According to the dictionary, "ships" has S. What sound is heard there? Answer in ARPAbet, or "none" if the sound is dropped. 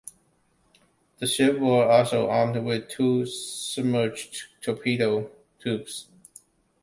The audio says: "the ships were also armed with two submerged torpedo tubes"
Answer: none